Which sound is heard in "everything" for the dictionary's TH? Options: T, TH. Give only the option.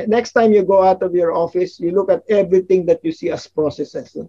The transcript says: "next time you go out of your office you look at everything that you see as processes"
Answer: T